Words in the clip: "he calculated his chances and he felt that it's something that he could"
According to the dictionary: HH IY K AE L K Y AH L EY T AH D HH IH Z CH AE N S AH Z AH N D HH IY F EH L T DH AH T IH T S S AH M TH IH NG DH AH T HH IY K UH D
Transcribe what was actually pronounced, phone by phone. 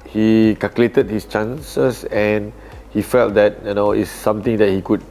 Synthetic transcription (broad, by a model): HH IY K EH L K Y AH L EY T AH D HH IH S CH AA N S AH S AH N HH IY F EH L T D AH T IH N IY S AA M T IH NG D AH T HH IY K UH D